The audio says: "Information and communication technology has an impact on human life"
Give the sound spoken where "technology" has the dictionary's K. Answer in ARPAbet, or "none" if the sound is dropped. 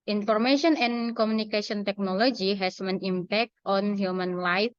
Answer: K